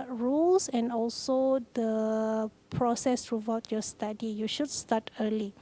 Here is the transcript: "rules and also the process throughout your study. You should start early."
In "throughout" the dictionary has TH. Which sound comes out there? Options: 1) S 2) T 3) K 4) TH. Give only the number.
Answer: 2